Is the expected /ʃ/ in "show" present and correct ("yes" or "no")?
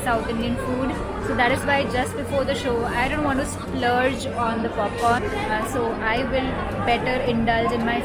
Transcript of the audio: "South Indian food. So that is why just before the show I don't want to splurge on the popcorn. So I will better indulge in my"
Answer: yes